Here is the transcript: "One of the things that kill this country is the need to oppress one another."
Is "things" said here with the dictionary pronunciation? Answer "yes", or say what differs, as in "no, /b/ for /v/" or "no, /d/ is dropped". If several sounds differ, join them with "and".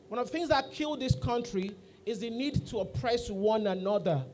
yes